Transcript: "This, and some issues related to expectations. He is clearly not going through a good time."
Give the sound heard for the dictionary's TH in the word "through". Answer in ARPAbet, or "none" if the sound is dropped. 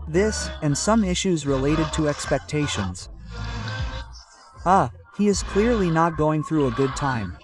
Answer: TH